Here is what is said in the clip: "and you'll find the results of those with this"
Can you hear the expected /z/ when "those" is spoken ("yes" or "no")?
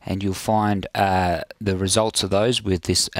yes